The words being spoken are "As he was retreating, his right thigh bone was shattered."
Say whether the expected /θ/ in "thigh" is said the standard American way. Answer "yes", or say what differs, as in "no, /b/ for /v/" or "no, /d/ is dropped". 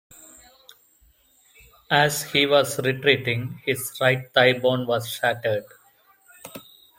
no, /t/ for /θ/